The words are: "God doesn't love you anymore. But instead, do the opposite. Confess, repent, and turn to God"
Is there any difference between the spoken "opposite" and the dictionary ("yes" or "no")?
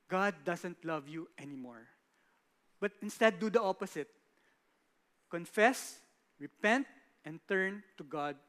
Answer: yes